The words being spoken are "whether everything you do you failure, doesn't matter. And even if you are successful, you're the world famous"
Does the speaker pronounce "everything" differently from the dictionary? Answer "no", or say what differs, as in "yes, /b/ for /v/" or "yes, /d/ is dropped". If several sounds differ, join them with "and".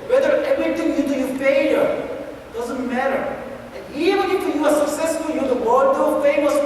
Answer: yes, /t/ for /θ/